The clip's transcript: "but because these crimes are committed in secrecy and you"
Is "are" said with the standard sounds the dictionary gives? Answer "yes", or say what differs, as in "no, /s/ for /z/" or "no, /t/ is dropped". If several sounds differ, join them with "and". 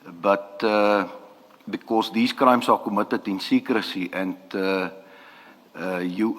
no, /l/ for /ɹ/